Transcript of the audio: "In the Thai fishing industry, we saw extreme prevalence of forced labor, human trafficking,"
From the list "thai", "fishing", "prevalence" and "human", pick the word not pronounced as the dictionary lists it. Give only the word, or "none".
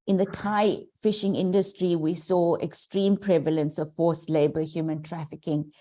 none